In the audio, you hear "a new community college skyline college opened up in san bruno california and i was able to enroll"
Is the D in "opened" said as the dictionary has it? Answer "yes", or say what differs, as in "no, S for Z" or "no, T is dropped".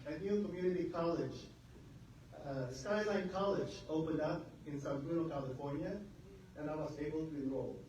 yes